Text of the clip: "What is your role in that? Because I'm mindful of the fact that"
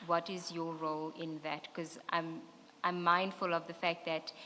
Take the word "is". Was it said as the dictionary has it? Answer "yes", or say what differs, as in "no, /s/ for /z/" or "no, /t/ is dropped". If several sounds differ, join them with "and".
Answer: yes